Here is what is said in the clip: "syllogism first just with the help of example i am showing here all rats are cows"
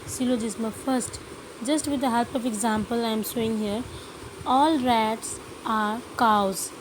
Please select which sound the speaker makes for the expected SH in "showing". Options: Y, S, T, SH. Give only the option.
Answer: S